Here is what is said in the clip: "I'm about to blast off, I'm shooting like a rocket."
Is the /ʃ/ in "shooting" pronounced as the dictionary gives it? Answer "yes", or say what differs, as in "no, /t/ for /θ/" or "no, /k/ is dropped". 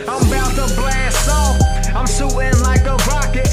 no, /s/ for /ʃ/